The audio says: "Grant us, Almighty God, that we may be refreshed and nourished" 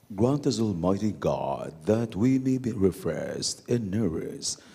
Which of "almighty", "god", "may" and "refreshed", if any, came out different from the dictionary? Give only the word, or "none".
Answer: refreshed